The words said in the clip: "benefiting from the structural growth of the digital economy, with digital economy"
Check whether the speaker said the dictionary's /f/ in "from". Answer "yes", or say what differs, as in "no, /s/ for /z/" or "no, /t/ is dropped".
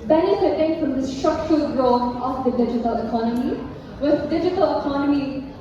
yes